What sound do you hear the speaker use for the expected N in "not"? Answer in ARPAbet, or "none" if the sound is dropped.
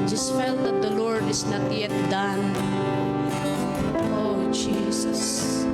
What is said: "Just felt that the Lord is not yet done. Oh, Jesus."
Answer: N